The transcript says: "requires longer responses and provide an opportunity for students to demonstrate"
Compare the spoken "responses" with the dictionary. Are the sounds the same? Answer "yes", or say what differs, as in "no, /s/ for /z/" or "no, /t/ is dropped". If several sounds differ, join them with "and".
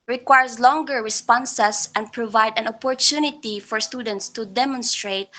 no, /s/ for /z/